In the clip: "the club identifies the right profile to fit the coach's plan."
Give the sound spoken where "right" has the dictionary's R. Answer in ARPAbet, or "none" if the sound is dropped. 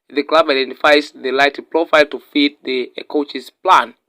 L